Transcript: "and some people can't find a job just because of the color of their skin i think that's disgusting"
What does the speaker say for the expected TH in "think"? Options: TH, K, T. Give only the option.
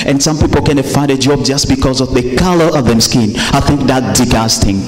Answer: TH